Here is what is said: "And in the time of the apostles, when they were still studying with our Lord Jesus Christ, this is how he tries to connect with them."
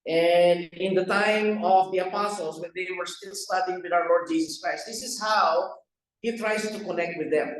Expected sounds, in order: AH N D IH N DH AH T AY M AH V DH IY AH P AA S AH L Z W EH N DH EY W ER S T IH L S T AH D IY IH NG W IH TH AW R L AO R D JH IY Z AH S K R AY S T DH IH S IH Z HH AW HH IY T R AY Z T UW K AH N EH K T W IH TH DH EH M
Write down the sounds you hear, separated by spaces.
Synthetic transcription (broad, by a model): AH N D IH N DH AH T AY M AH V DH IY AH P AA S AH L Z W EH N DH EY W ER S T IH L S T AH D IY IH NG W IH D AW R L AO R D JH IY S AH S K R AY S T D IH S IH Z HH AW HH IY T R AY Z T UW K AH N EH K T W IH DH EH M